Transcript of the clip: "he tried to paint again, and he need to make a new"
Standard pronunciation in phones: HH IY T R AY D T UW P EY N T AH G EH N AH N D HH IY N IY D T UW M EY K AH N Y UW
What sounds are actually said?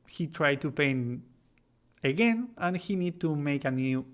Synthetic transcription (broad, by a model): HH IY T R AY D T UW P EY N AH G EH N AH N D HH IY N IY D T UW M EY K AH N Y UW